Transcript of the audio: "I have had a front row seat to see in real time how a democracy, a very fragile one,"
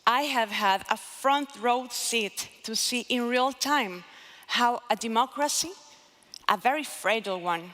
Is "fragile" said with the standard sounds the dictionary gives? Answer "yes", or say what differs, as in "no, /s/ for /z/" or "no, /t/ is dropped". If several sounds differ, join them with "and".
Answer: no, /dʒ/ is dropped